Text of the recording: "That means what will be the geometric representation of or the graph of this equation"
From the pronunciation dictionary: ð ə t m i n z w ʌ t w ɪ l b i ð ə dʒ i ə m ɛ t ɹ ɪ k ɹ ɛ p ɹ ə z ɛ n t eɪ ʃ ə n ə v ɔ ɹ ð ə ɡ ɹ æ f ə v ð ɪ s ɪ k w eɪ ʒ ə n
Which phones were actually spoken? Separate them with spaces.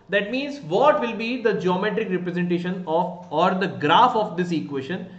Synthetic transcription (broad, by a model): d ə t m i n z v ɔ t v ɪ l b i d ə dʒ i ə m ɛ t ɹ ɪ k ɹ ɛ p ɹ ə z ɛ n t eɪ ʃ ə n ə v ɔ ɹ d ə ɡ ɹ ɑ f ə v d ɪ s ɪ k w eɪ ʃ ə n